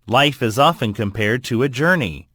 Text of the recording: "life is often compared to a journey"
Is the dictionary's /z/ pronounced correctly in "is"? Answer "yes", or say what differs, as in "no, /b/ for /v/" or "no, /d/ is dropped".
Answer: yes